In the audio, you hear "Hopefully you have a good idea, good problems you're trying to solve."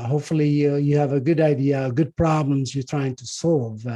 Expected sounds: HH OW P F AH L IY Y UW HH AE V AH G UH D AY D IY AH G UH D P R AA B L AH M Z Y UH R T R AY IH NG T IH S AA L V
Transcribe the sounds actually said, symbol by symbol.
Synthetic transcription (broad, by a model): HH OW P F L IY Y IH V AH G UH D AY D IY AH G UH D P R AA B L AH M Z Y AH R T R AY IH NG T IH S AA L V